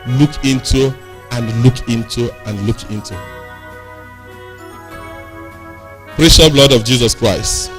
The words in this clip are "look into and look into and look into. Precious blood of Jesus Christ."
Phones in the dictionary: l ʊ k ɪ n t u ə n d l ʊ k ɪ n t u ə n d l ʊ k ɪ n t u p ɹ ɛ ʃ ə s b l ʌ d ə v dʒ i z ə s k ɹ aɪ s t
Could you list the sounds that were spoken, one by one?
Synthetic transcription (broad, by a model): l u k ɪ n t u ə n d l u k ɪ n t u ə n d l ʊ k ɪ n t u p ɹ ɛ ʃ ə b l ʌ d ə v dʒ i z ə s k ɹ aɪ s t